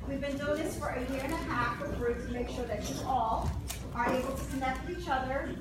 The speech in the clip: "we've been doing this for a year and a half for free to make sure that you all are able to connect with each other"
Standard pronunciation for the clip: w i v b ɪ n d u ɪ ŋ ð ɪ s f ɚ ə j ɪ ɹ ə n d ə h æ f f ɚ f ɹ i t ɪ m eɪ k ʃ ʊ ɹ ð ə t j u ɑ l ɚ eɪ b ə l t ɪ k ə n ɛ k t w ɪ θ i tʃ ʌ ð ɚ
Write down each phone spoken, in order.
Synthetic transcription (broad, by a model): w i v b ɪ n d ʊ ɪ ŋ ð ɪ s f ɚ ə j ɪ ɹ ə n ə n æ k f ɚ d t ɪ m eɪ k ʃ ʊ ɹ ð ə t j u ɑ l ɚ eɪ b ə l t ɪ k ə n ɛ k t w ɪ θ i tʃ ʌ ð ɚ